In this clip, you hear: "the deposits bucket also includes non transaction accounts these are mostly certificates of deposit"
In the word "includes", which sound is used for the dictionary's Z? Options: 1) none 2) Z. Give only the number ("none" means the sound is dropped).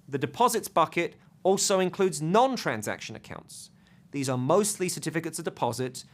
2